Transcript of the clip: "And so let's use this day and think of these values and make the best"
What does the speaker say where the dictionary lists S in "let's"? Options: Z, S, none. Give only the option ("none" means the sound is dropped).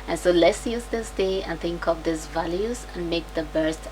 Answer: S